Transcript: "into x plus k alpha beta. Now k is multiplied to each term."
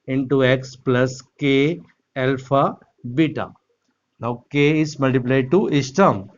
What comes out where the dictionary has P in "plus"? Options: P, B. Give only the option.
P